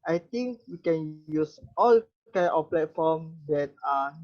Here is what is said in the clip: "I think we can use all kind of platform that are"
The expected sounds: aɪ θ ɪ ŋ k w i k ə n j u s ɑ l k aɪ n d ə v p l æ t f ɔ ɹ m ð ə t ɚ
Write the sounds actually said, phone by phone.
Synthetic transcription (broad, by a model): aɪ t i ŋ k w i k ə n j u s ɑ l k aɪ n ə f p l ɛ t f ɔ m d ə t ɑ